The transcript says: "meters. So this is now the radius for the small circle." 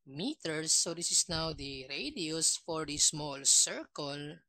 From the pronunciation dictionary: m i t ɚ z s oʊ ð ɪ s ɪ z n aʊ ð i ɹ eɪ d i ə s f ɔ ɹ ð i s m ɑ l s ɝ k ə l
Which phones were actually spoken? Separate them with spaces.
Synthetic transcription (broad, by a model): m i t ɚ s oʊ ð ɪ s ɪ s n aʊ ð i ɹ eɪ d i ə s f ɔ ɹ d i s m ɑ l s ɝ k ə l